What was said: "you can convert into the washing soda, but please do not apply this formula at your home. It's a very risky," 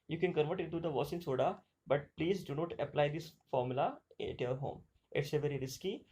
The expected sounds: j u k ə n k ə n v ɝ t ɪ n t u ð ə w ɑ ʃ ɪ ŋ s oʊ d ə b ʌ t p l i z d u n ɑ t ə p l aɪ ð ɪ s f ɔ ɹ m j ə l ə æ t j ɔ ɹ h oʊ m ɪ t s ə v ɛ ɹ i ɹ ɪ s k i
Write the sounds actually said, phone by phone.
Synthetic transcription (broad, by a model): j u k ə n k ə n v ɝ t ɪ n t u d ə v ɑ s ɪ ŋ s oʊ d ə b ʌ t p l i z d u n ɑ t ə p l aɪ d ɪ s f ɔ ɹ m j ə l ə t j ɔ ɹ h oʊ m ɪ t s ə v ɛ ɹ i ɹ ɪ s k i